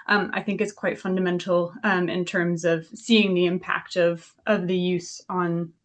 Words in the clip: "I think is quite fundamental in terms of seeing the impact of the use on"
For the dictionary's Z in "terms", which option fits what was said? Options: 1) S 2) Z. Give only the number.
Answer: 2